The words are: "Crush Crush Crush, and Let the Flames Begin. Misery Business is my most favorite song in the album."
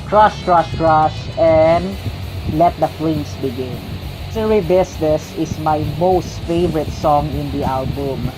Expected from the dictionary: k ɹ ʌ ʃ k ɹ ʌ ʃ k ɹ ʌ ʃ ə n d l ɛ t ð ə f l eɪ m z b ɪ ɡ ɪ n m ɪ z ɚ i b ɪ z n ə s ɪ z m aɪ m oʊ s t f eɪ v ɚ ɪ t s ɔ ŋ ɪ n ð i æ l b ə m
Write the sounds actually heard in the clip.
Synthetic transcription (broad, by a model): k ɹ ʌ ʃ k ɹ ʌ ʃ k ɹ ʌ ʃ ə n d l ɛ t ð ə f l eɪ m s b ɪ ɡ ɪ n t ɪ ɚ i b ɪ s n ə s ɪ s m aɪ m oʊ s t f eɪ v ɚ ɪ t s ɔ ŋ ɪ n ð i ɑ l b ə m